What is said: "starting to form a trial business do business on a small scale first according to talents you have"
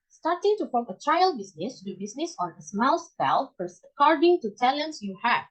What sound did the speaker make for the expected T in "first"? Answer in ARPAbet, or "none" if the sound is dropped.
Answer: none